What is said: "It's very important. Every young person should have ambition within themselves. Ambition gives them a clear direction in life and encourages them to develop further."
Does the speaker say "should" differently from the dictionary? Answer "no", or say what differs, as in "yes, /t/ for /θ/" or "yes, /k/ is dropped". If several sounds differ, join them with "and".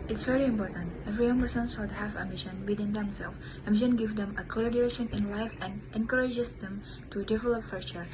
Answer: yes, /s/ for /ʃ/